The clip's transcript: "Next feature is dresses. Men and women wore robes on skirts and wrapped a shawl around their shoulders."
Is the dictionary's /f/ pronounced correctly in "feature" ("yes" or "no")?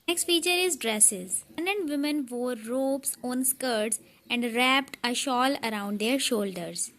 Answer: yes